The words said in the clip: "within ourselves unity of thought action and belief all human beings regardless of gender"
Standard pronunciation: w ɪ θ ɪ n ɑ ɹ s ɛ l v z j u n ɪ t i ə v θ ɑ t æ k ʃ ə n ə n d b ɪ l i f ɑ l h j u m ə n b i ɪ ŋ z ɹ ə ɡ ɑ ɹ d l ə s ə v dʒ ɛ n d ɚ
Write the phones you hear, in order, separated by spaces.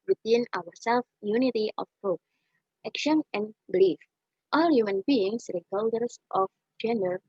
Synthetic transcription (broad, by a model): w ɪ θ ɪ n ɑ w s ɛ l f j u n ɪ t i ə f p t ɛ k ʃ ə n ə n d b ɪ l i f ɑ l h j u m ə n b i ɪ ŋ s ɹ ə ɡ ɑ l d ə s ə f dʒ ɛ n d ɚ